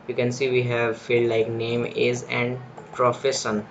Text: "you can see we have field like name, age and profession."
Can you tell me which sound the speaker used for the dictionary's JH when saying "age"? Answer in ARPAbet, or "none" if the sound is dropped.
Z